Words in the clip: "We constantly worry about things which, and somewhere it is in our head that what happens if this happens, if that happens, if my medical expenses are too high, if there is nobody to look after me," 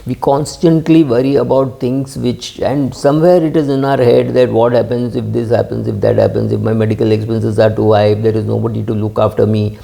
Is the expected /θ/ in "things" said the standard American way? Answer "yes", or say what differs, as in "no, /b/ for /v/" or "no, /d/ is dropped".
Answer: no, /t/ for /θ/